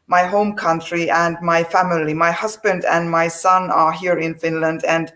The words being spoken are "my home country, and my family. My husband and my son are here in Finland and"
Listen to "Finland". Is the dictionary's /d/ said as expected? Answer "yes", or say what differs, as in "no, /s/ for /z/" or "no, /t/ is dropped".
yes